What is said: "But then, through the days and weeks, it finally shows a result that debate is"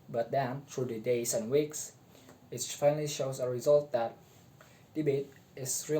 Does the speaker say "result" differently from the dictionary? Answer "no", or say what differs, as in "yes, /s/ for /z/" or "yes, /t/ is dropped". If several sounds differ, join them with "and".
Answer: no